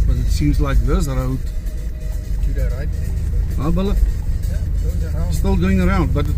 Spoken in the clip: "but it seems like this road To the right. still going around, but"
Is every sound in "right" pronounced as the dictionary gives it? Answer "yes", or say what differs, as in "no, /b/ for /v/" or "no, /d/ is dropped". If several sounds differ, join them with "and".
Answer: no, /l/ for /ɹ/